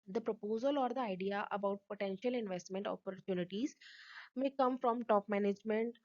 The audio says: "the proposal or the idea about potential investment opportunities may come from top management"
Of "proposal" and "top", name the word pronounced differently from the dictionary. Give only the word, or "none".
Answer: none